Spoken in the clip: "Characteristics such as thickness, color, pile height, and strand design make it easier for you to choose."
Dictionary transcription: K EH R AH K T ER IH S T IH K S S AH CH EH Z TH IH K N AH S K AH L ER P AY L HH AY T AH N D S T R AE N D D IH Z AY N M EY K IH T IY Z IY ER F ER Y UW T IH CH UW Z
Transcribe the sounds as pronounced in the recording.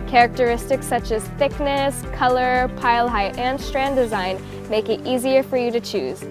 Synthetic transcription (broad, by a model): K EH R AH K T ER IH S T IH K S S AH CH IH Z TH IH K N AH S K AH L ER P AY L HH AY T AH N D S T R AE N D D IH Z AY N M EY K IH T IY Z IY ER F ER Y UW T IH CH UW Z